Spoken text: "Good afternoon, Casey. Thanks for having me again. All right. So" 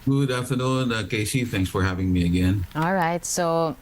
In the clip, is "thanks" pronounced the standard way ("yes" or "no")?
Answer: yes